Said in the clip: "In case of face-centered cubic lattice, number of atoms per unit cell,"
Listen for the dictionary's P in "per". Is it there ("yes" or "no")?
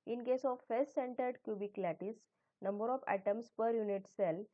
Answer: yes